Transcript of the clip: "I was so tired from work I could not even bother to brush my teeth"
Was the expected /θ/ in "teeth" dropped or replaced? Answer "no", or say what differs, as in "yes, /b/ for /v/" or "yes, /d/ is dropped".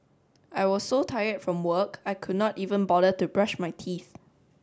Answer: no